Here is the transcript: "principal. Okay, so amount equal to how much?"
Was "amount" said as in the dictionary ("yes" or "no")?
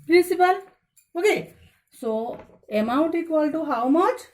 no